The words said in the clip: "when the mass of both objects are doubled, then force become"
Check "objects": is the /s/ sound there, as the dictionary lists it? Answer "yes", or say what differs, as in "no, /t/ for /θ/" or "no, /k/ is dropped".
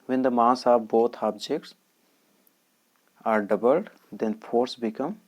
yes